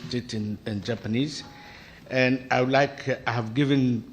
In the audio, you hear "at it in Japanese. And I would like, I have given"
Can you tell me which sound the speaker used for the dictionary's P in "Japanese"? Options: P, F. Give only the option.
P